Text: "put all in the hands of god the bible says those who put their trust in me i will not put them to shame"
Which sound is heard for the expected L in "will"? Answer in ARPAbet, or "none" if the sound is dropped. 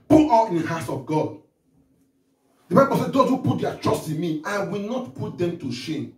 L